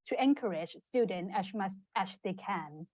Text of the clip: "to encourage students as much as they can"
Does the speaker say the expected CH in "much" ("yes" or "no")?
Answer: no